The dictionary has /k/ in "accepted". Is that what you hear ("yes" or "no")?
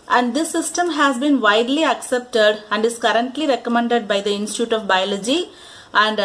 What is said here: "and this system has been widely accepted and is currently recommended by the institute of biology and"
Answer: yes